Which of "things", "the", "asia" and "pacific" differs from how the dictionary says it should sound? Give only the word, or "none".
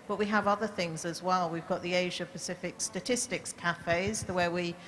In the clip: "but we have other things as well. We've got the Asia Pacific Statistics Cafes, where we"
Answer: none